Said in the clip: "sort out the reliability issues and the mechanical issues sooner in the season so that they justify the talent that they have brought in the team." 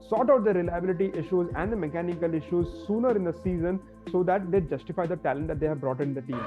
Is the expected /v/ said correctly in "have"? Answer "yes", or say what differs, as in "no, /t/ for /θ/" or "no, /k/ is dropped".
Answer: yes